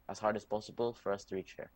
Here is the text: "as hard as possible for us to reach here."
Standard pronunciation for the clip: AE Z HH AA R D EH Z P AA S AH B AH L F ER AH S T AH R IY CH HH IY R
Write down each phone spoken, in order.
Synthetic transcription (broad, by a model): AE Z HH AA R D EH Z P AA S AH B AH L F ER AH S T AH R IY CH HH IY R